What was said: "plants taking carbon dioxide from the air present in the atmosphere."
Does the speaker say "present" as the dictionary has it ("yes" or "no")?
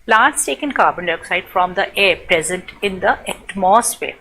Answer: yes